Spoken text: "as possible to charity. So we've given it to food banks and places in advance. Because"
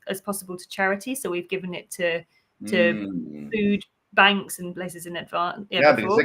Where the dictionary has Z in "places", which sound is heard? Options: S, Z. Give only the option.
Z